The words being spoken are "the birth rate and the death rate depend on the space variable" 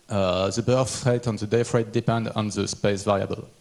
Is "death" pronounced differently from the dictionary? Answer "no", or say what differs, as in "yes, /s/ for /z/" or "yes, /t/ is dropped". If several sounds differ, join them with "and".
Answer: yes, /f/ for /θ/